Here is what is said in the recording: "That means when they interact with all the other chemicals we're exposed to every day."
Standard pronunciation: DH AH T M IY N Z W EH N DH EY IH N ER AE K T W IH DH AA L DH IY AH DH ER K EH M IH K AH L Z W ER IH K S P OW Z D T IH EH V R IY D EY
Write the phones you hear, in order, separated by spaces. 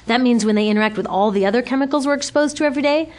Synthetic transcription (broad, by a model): DH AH T M IY N Z W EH N DH EY IH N ER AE K T W IH DH AA L DH IY AH DH ER K EH M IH K L Z W ER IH K S P OW Z T IH EH V R IY D EY